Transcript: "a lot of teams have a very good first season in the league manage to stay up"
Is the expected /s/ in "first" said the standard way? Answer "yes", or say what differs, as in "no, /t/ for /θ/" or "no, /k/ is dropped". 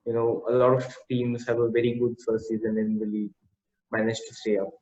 no, /s/ is dropped